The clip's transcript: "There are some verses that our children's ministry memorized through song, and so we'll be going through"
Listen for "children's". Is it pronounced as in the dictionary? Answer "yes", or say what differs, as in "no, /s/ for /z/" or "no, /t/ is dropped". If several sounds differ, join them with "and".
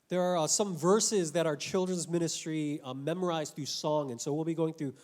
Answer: yes